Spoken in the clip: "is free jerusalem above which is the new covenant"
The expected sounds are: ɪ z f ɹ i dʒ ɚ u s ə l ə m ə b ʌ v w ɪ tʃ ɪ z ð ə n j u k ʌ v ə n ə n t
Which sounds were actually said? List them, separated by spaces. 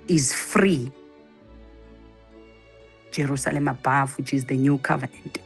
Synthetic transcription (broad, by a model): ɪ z f ɹ i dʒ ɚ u s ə l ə m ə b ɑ f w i tʃ ɪ z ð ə n j u k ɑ v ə n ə n t